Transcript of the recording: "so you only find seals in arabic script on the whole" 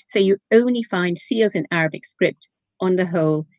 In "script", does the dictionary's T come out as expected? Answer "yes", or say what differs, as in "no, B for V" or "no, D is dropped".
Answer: yes